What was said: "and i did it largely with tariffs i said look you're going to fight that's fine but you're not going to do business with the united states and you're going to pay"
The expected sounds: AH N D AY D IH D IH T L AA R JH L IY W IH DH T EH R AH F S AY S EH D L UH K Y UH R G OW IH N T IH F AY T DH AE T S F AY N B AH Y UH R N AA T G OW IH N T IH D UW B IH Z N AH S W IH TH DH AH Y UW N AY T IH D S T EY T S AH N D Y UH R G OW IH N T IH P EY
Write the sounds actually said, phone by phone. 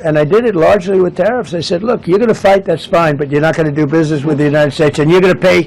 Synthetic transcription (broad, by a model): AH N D AY D IH D IH T L AA R JH L IY W IH DH T EH R AH F S AY S EH D L UH K Y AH R G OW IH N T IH F AY T DH AE T S F AY N B AH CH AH R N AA T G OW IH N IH D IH B IH Z N AH S W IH DH AH Y UW N AY T IH D S T EY T S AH N Y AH R G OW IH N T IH P EY